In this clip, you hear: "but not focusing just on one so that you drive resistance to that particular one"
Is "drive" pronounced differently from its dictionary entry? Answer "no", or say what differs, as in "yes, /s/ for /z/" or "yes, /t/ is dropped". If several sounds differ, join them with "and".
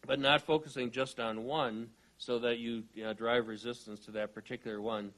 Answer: no